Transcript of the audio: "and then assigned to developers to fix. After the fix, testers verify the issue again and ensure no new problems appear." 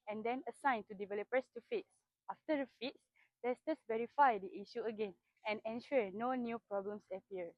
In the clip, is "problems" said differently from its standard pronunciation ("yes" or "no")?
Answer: yes